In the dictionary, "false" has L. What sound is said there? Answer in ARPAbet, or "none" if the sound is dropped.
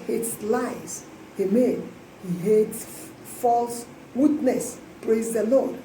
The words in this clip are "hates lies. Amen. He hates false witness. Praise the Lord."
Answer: L